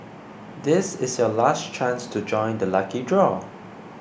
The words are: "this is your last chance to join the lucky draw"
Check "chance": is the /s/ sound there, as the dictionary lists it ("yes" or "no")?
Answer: yes